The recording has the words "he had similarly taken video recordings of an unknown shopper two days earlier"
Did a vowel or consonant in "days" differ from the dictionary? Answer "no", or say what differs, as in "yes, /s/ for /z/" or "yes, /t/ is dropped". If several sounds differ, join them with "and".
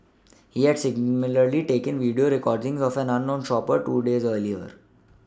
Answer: no